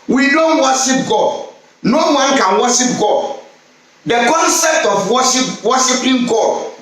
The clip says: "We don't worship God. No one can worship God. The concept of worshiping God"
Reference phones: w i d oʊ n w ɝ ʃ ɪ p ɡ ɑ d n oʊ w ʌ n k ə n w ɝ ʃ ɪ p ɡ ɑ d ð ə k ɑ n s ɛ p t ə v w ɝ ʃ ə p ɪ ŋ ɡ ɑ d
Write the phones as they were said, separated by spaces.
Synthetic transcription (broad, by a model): w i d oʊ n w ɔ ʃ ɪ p ɡ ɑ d n oʊ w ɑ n k ə n w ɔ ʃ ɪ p ɡ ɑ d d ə k ɑ n s ɛ p t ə w w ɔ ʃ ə p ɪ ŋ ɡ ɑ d